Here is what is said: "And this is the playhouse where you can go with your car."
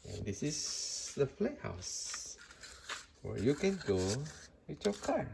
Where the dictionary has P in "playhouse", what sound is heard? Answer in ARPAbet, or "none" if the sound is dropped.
F